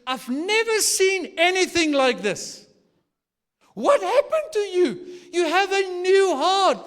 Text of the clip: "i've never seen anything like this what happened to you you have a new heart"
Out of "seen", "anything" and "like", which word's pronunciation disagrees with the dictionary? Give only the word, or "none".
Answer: none